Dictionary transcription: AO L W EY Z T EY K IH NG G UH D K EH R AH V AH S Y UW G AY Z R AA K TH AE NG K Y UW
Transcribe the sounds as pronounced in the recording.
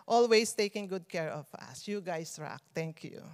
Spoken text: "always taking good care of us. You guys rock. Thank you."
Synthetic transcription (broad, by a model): AO L W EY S T EY K IH NG G UH D K EH R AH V AH S Y UW G AY S R AA K T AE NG K Y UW